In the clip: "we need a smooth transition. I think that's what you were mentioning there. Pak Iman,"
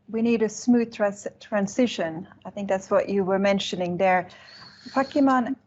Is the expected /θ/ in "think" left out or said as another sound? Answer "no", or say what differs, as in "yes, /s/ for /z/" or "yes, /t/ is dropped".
no